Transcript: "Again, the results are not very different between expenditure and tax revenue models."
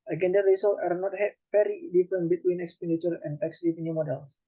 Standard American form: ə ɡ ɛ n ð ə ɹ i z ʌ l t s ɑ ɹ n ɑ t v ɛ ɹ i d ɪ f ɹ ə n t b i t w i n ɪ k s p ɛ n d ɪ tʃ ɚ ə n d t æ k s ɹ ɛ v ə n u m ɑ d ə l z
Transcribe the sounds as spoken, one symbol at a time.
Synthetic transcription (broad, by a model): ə ɡ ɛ n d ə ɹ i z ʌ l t ɑ ɹ n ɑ t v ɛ ɹ i d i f ɹ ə n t b i t w i n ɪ k s p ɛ n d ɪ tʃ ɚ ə n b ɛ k s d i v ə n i m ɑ d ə l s